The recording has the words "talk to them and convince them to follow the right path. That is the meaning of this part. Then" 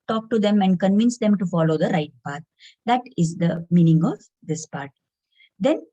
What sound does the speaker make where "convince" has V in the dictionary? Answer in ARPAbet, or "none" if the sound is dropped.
V